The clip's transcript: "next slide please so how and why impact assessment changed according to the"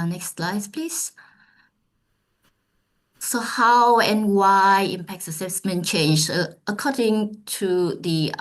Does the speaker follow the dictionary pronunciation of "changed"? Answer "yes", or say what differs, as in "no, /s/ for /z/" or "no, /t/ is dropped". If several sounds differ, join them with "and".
no, /d/ is dropped